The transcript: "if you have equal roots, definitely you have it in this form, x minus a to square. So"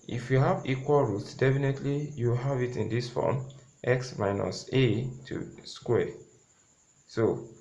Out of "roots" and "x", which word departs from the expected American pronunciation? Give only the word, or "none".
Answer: none